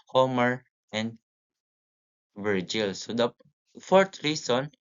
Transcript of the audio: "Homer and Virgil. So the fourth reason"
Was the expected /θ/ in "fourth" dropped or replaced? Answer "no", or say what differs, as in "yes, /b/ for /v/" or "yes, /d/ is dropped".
yes, /t/ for /θ/